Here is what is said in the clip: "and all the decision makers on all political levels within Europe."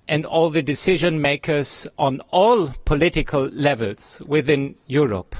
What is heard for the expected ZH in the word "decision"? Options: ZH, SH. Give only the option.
ZH